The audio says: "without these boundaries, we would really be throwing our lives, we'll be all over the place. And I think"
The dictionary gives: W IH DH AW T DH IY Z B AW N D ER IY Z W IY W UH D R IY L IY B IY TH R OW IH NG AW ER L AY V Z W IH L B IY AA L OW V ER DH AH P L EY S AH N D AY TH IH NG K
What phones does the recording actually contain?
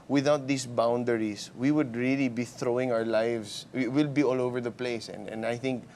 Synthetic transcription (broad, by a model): W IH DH AW T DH IY S B AW N D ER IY S W IY W UH D R IY L IY B IY TH R OW IH NG AW ER L AY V S W IH L B IY AA L OW V ER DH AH P L EY S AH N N AY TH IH NG K